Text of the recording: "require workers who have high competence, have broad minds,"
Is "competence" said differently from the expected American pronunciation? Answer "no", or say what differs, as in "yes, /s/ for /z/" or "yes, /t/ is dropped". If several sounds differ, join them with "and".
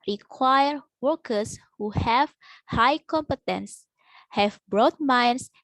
no